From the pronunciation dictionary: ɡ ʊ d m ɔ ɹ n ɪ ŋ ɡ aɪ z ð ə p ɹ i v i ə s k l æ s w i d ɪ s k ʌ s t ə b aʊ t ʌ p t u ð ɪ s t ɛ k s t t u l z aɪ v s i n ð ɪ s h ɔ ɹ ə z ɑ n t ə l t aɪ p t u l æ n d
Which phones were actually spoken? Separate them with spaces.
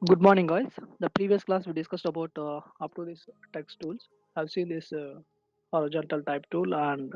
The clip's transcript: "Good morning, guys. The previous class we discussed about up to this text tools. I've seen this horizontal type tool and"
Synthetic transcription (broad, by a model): ɡ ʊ d m ɔ ɹ n ɪ ŋ ɡ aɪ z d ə p ɹ i v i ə s k l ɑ s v i d ɪ s k ʌ s t ə b aʊ t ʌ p t u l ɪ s t ɛ k s t t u l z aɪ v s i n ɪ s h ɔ ɹ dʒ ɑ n t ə l t aɪ p t u l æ n d